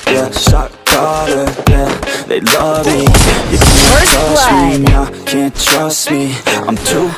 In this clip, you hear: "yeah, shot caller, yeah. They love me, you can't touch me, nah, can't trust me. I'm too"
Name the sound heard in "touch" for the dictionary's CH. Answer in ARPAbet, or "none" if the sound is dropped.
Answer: S